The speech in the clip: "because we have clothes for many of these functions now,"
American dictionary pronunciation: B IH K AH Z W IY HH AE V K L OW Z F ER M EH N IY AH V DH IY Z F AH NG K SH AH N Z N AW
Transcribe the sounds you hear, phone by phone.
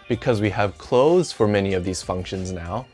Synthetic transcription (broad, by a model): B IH K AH Z W IY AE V K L OW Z F ER M EH N IY AH V DH IY Z F AH NG K SH AH N Z N AW